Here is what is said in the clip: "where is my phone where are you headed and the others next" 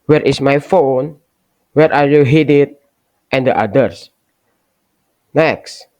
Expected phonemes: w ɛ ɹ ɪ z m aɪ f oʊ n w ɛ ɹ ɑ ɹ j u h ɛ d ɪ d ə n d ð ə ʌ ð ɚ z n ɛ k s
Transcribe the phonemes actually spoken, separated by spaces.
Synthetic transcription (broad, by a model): w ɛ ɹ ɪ s m aɪ f oʊ n w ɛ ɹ ɑ ɹ j u h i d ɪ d ə n d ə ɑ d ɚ s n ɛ k s